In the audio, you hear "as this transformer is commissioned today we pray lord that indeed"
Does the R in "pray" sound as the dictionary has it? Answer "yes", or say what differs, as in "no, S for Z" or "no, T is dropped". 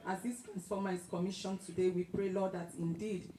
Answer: yes